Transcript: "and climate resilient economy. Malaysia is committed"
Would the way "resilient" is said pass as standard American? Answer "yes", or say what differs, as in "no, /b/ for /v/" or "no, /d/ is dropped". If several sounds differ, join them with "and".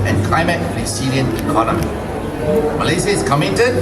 no, /s/ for /z/ and /t/ is dropped